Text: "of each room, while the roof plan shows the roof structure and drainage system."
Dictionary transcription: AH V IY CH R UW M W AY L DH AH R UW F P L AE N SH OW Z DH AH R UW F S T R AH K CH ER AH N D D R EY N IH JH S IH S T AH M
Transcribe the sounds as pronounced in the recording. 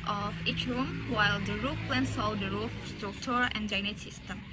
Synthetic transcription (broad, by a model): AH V IY CH R UW M W AY L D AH R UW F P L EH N S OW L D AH R UW F S T R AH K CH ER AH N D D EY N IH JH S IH S T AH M